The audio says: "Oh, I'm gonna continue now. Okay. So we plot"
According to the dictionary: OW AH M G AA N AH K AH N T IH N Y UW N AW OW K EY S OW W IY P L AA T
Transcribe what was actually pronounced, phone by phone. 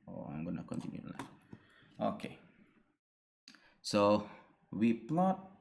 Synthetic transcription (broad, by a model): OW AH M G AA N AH K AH N T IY N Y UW L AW OW K EY S OW W IY P L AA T